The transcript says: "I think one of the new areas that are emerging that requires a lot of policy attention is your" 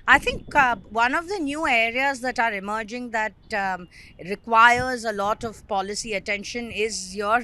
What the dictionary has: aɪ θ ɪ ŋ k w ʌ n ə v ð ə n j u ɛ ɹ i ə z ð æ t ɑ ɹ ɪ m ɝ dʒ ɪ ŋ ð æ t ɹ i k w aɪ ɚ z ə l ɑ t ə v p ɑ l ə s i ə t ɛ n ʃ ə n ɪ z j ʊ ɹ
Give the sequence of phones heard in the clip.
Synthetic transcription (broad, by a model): aɪ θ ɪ ŋ k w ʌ n ə v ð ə n j u ɛ ɹ i ə z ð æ t ɑ ɹ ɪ m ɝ dʒ ɪ ŋ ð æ t ɹ i k w aɪ ɚ z ə l ɑ t ə v p ɑ l ə s i ə t ɛ n ʃ ə n ɪ z j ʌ ɹ